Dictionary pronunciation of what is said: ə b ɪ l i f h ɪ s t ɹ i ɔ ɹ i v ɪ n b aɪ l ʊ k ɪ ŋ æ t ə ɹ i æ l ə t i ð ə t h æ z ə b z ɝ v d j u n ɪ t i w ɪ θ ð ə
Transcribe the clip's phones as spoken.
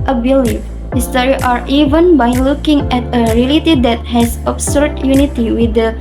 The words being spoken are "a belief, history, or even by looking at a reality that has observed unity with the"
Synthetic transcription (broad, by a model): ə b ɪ l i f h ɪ s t ɹ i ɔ ɹ i v ɪ n b aɪ l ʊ k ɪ ŋ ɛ t ə ɹ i l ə t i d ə t h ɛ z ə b s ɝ d j u n ɪ t i w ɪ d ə